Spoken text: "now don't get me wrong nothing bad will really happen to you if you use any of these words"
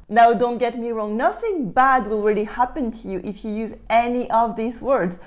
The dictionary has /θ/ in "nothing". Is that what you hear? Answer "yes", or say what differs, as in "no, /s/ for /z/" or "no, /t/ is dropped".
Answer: yes